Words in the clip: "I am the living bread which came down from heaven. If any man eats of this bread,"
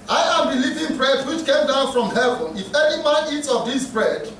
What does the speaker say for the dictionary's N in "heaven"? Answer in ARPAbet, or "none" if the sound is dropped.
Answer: N